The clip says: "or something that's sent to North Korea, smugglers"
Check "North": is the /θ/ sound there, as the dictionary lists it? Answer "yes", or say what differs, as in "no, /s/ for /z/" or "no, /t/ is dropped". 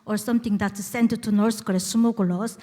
no, /s/ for /θ/